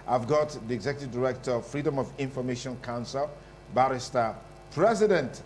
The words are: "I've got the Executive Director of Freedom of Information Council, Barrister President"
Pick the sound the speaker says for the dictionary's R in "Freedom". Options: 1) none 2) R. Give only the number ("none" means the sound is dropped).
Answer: 2